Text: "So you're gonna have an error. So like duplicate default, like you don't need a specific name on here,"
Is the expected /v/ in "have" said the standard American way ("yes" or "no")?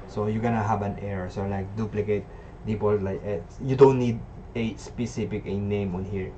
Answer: no